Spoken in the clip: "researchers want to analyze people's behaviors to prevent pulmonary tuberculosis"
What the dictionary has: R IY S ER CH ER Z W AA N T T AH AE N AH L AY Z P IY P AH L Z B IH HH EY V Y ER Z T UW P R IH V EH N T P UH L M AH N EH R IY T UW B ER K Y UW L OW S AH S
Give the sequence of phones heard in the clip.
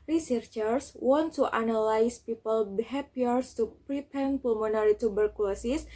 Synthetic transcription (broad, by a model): R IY S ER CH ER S W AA N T T AH N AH L AY S P IY P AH L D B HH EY P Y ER S T UW P R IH P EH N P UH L M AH N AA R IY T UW B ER K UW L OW S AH S